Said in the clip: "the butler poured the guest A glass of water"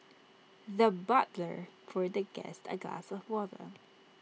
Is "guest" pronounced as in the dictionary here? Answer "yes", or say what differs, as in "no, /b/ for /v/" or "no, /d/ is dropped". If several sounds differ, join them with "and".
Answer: yes